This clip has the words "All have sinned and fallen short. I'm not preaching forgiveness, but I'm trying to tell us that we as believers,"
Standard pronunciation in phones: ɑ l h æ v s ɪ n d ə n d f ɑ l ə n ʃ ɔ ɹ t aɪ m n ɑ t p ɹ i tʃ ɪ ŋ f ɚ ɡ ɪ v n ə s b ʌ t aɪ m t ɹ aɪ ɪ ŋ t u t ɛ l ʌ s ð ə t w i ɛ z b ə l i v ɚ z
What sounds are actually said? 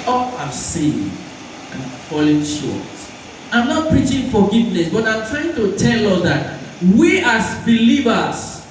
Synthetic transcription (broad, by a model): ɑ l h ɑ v s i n ə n f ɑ l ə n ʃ ɔ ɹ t aɪ m n ɑ t p ɹ i tʃ ɪ ŋ f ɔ ɡ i v n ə s b ʌ t aɪ m t ɹ aɪ ɪ ŋ t u t ɛ l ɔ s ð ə t w i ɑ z b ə l i v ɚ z